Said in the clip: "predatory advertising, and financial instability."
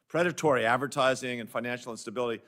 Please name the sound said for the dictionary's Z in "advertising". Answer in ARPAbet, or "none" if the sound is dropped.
Z